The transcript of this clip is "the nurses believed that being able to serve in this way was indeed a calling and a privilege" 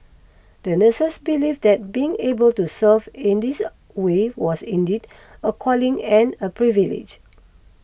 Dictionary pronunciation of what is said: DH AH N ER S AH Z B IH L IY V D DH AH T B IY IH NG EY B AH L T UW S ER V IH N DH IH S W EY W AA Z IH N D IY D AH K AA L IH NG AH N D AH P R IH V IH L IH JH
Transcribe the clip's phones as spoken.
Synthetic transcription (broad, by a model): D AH N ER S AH S B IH L IY F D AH T B IY IH NG EY B AH L T UW S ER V IH N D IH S W EY W AA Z IH N D IY D AH K AA L IH NG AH N AH P R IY V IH L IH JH